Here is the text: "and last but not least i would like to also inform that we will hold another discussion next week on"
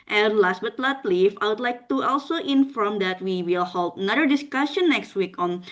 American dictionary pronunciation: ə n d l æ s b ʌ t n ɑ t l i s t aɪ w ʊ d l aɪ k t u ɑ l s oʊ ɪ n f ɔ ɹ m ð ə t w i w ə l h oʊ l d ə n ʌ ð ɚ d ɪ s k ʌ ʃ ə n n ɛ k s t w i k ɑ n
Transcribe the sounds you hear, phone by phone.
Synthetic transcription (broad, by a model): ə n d l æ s b ʌ t l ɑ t l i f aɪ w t l aɪ k t u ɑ l s oʊ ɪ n f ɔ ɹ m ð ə t w i w ə l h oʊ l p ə n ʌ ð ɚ d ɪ s k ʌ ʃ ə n n ɛ k s t w i k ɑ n